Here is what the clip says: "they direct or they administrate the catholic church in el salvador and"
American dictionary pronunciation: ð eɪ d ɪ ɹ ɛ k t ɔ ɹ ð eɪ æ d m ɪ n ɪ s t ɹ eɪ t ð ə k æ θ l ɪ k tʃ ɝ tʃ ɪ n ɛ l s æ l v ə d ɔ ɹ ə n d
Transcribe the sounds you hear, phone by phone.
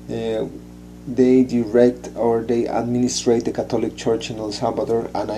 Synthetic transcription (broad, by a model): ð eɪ d ɪ ɹ ɛ k t ɔ ɹ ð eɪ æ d m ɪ n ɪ s t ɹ eɪ t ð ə k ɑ t l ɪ k tʃ ɝ tʃ ɪ n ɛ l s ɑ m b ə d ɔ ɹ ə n